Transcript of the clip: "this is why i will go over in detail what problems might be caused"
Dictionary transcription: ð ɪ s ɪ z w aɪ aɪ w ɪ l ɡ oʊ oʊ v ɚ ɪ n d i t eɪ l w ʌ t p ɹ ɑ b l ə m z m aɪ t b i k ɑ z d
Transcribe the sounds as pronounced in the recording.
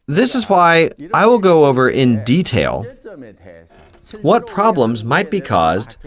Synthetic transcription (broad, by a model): ð ɪ s ɪ z w aɪ aɪ w ɪ l ɡ oʊ oʊ v ɚ ɪ n d i t eɪ l w ʌ t p ɹ ɑ b l ə m z m aɪ t b i k ɑ z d